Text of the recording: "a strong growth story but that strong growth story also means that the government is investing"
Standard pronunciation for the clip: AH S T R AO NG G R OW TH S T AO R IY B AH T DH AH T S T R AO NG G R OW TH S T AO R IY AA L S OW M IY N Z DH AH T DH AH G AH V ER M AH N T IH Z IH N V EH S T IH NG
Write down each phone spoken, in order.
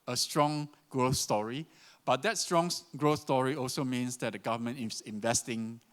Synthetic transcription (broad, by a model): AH S T R AO NG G R OW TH S T AO R IY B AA T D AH T S T R AO NG G R OW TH S T AO R IY AA L S OW M IY N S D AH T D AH G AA V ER M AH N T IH S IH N V EH S T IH NG